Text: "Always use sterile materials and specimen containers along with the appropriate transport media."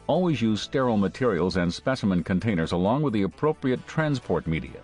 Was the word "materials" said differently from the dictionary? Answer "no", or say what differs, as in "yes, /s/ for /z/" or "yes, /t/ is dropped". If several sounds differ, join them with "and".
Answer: no